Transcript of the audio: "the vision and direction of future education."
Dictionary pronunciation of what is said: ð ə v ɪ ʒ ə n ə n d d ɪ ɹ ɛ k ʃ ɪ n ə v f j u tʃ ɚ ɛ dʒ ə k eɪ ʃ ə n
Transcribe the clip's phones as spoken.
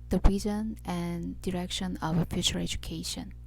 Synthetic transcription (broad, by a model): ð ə b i z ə n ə n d d ɪ ɹ ɛ k ʃ ɪ n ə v f j u tʃ ɚ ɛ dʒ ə k eɪ ʃ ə n